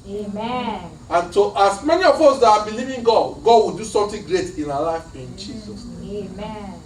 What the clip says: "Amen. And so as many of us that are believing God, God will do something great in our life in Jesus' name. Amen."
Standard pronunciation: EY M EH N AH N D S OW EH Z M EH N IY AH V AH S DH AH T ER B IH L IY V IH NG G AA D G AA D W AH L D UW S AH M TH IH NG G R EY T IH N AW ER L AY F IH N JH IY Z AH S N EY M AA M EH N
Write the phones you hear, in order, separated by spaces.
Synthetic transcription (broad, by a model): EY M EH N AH N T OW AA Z M EH N IY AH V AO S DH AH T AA B IH L IY V IH NG G AA D G AA D W AH L D UW S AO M T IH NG G R EY T IH N AW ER L AY F IH N JH IY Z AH S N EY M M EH